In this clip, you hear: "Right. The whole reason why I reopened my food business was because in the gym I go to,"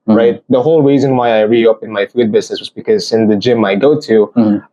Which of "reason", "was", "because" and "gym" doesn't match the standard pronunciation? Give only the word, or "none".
none